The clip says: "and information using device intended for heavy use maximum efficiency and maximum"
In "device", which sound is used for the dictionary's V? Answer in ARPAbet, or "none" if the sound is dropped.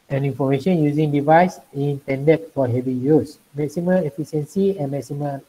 V